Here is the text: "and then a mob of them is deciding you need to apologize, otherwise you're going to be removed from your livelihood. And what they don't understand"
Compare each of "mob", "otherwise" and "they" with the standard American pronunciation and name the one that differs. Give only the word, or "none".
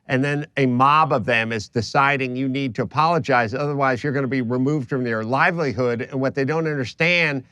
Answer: none